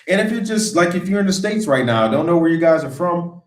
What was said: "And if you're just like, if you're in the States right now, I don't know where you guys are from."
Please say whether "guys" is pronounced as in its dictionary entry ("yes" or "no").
yes